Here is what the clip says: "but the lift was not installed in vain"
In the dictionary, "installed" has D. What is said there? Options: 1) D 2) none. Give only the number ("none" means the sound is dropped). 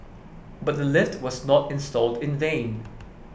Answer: 1